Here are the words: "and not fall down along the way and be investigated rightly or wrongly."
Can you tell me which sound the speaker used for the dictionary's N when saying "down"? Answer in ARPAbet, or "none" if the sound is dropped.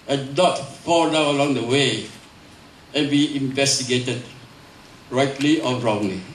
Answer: none